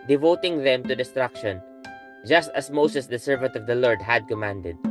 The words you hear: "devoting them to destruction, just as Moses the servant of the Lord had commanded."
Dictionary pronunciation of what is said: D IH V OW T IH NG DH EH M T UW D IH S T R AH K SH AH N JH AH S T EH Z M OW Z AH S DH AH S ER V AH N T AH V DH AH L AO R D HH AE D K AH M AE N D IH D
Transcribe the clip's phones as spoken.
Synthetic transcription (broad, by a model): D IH V OW T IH NG DH EH M T UW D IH S T R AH K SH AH N JH AH S T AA S M OW S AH S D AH S ER V AH N T AH V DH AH L AO R D HH AE D K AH M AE N D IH D